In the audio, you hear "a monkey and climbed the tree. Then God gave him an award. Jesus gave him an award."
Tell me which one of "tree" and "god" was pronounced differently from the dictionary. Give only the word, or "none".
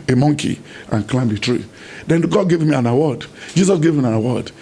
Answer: none